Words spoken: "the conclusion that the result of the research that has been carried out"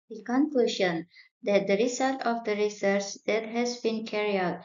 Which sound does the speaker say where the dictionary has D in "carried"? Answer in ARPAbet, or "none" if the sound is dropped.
none